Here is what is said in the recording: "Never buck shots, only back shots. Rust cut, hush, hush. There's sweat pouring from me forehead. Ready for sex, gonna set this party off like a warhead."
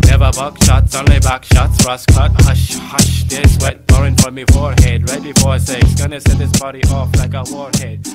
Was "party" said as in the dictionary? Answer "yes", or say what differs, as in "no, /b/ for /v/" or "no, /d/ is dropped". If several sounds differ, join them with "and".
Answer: no, /b/ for /p/